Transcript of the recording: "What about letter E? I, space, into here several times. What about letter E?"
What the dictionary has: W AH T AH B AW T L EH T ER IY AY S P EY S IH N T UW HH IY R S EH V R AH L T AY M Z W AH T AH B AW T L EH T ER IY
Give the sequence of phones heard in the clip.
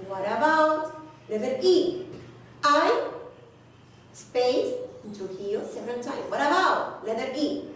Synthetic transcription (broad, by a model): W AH T AH B AW T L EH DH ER IY AY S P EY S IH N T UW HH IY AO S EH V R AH N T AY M W AH T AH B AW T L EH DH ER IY